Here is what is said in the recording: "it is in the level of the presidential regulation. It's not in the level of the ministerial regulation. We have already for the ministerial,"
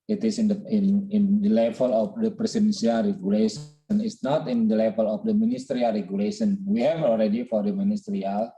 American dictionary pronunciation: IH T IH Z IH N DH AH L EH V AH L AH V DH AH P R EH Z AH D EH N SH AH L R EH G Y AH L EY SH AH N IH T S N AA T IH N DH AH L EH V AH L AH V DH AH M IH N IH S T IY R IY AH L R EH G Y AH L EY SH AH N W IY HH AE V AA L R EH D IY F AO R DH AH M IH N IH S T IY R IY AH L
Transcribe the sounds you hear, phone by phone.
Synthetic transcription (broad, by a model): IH T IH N IH N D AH L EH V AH L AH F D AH P R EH S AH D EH N S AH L R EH G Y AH L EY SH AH N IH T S N AA T IH N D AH L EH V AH L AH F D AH M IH N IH S T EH R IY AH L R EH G Y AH L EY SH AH N W IY HH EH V AA L R EH D IY F AO R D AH M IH N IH S T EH R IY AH L